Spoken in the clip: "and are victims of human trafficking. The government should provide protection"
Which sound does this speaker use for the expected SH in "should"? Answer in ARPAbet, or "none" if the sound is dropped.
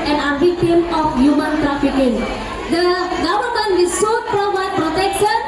S